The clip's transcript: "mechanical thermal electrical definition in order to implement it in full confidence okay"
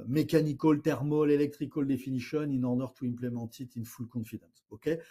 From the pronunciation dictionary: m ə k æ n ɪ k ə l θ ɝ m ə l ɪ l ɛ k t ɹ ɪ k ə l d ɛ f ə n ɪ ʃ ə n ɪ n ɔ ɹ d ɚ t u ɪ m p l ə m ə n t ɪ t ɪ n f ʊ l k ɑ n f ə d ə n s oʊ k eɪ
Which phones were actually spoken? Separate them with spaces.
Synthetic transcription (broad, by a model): m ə k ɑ n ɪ k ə l t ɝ m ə l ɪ l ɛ k t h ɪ k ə l d ɛ f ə n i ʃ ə n ɪ n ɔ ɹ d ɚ t u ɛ p l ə m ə t ɪ t ɪ n f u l k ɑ f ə d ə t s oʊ k eɪ